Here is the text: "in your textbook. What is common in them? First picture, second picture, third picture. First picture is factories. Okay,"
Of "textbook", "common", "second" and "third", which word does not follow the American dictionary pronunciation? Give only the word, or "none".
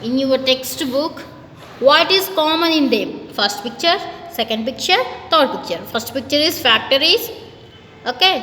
third